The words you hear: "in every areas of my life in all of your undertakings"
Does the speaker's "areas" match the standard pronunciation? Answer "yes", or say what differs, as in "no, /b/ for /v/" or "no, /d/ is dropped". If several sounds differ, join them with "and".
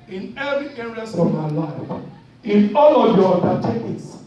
no, /s/ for /z/